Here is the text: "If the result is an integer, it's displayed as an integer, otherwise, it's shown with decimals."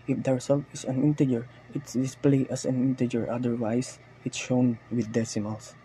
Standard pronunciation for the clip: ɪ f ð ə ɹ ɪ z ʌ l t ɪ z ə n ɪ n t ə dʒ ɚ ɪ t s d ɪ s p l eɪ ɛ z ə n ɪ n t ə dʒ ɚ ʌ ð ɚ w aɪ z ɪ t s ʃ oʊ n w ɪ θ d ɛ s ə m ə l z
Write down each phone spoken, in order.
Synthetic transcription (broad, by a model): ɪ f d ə ɹ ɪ s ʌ l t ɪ s ə n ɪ n t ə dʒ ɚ ɪ t s d ɪ s p l eɪ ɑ s ə n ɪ n t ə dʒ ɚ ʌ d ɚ w aɪ s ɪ t ʃ oʊ n w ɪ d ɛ s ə m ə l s